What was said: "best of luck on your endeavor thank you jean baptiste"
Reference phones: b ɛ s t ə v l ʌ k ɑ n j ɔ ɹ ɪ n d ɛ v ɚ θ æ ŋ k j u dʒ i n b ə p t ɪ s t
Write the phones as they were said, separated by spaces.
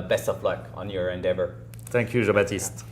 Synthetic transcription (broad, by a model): b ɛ s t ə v l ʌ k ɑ n j ɔ ɹ ɪ n d ɛ v ɚ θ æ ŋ k j u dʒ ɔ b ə t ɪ s t